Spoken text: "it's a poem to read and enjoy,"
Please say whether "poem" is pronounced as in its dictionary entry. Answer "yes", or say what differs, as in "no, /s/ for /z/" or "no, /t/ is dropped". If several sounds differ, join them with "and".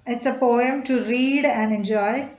yes